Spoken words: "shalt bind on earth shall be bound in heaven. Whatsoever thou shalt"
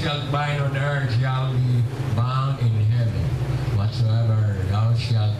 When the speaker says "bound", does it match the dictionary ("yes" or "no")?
no